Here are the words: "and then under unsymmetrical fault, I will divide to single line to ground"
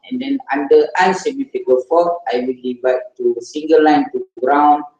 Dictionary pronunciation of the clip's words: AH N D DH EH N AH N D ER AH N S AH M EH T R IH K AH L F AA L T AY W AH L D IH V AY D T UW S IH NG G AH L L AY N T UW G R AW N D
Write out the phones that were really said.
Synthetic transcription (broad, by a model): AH N D EH N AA N D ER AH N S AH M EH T IH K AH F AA T AY W AH L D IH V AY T T UW S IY NG G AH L L AY N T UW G R AW N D